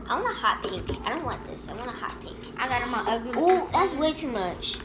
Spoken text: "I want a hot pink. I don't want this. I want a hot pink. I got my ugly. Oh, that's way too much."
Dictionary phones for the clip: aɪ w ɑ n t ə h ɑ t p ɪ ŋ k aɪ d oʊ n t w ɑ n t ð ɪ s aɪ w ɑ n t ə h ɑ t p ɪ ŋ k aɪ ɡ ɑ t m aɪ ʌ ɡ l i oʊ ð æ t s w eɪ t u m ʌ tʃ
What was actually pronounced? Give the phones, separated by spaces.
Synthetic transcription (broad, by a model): aɪ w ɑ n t ə h ɑ t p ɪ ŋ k aɪ d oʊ n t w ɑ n ð ɪ s aɪ w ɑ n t ə h ɑ t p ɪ k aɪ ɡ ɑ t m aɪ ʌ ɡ i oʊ ð æ t s w eɪ t u m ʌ tʃ